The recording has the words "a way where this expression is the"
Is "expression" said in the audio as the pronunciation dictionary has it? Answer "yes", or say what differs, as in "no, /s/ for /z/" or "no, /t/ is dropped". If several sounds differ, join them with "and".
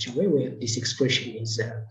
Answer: yes